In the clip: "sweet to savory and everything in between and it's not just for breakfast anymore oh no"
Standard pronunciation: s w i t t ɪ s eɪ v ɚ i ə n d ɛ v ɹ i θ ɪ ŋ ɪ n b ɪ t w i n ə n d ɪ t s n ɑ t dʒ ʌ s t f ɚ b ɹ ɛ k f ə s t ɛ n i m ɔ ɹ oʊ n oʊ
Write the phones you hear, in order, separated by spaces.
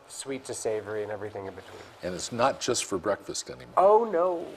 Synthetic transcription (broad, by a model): s w i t t ɪ s eɪ v ɚ i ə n ɛ v ɹ i θ ɪ ŋ ɪ n b ɪ t w i n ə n ɪ t s n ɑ t dʒ ʌ s t f ɚ b ɹ ɛ k f ə s t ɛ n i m ɔ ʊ n oʊ